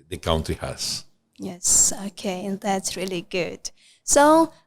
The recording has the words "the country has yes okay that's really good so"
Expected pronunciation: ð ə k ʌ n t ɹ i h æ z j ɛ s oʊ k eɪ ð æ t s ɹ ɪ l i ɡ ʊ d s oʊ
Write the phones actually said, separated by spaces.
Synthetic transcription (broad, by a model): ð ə k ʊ n t i h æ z j ɛ s oʊ k eɪ ð æ t s ɹ ɪ l i ɡ ʊ d s oʊ